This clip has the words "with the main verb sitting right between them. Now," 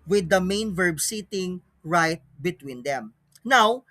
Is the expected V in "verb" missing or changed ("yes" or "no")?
no